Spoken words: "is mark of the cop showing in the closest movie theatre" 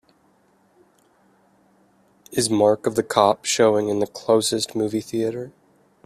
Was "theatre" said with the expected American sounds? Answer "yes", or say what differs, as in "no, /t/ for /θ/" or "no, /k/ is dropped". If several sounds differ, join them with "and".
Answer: yes